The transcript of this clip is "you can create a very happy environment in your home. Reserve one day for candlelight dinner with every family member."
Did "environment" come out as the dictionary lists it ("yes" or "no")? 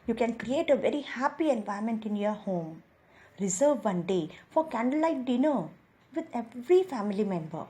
no